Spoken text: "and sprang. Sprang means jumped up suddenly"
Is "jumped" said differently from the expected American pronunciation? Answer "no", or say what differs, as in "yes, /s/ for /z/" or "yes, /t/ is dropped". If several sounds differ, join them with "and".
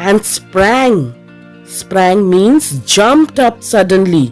no